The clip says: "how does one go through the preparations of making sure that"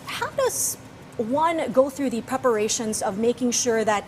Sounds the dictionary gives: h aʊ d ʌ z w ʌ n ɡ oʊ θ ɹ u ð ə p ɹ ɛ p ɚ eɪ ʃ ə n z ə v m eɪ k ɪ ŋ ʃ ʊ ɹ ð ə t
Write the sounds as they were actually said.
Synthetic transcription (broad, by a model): h aʊ d ʌ z w ʌ n ɡ oʊ θ ɹ u ð ə p ɹ ɛ p ɚ eɪ ʃ ə n z ə v m eɪ k ɪ ŋ ʃ ʊ ɹ ð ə t